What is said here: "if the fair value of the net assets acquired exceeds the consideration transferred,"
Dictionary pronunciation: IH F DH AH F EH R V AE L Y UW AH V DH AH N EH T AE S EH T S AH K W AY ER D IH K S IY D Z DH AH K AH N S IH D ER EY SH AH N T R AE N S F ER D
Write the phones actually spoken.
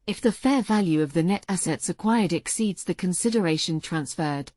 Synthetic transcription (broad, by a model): IH F DH AH F EH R V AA L Y UW AH V DH AH N EH T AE S EH T S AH K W AY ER D IH K S IY D Z DH AH K AH N S IH D ER EY SH AH N T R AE N S F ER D